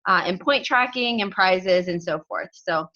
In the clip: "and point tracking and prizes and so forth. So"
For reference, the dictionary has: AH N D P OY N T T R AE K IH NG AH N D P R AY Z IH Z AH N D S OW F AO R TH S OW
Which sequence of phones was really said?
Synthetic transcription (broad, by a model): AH N P OY N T T R AE K IH NG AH N P R AY Z IH Z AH N S OW F AO R TH S OW